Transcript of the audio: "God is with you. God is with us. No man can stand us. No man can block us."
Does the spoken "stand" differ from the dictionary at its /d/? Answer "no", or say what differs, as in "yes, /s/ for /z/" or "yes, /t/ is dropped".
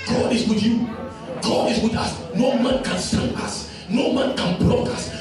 yes, /d/ is dropped